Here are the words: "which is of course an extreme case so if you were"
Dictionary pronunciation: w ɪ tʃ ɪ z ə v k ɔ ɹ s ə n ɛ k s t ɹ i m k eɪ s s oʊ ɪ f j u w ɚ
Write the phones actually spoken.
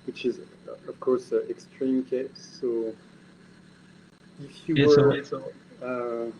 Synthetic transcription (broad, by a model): w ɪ tʃ ɪ z ə v k ɔ ɹ s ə ɛ k s t ɹ i m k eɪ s s oʊ ɪ f j u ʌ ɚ